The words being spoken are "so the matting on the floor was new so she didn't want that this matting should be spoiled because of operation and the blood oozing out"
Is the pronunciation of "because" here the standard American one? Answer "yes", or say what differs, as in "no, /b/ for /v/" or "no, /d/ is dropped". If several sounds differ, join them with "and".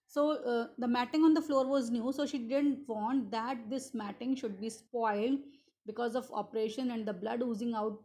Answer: yes